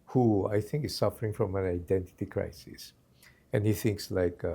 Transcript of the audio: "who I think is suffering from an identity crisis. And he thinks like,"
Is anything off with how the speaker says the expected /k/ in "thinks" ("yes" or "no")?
no